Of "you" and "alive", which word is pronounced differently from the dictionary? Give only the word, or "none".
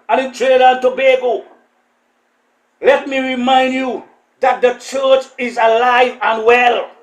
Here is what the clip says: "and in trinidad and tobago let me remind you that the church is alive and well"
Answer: none